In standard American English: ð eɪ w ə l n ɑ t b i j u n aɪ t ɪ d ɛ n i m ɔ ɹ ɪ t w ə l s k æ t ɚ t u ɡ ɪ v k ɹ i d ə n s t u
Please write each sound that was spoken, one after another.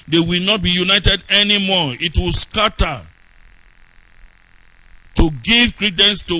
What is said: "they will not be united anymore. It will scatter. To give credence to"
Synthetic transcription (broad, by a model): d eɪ w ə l n ɑ t b i j u n aɪ t ɪ d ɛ n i m ɔ ɪ t w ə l s k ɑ t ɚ t u ɡ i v k ɹ i d ə n s t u